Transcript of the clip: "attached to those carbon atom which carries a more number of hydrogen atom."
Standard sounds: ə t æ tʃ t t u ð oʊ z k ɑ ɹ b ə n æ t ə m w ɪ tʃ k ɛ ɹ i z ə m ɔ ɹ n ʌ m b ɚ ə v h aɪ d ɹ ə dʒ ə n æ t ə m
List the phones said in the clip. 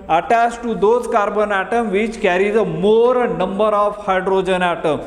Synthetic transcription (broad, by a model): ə t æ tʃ t t u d oʊ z k ɑ ɹ b ə n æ t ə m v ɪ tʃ k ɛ ɹ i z ə m ɔ ɹ n ʌ m b ɚ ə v h aɪ d ɹ ə dʒ ə n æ t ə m